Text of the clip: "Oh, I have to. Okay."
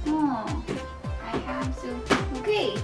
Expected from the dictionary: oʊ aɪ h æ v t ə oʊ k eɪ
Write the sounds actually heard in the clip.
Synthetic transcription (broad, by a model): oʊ aɪ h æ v s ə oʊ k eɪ